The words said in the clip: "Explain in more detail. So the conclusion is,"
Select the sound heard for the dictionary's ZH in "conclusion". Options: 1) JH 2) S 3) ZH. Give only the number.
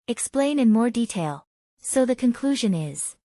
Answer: 3